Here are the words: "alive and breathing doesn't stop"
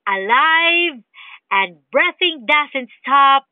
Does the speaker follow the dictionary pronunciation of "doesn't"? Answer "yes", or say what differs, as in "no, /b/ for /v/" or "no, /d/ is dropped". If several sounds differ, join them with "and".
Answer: no, /s/ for /z/